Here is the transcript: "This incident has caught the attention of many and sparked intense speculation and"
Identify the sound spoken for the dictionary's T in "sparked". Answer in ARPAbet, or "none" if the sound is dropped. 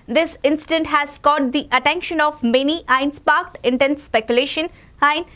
T